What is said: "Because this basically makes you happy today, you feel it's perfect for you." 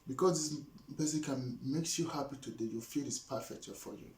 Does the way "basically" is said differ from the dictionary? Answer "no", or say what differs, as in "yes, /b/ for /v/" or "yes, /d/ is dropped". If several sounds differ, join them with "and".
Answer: yes, /l/ is dropped